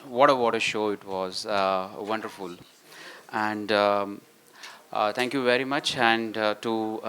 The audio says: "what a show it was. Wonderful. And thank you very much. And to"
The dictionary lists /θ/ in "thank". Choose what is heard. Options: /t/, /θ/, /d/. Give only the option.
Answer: /t/